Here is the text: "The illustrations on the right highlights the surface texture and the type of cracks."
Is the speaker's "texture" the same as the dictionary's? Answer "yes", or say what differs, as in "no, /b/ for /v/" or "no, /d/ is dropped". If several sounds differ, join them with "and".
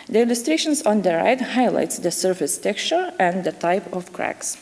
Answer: yes